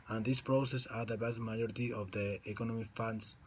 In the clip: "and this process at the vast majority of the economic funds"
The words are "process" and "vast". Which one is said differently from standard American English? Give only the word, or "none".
vast